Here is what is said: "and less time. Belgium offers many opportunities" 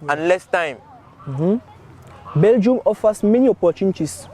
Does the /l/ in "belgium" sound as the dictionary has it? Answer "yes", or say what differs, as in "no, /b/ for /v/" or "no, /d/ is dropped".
yes